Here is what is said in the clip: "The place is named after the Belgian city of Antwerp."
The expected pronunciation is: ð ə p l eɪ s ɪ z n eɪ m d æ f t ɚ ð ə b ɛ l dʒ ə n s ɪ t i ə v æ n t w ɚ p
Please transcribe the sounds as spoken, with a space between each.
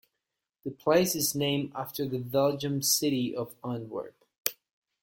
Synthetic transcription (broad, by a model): ð ə p l eɪ s ɪ z n eɪ m æ f t ɚ ð ə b ɛ l dʒ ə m s ɪ t i ə v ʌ n w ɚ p